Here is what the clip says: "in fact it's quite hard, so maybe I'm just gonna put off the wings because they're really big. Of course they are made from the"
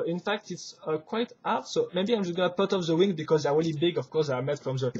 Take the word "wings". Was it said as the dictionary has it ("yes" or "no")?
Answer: no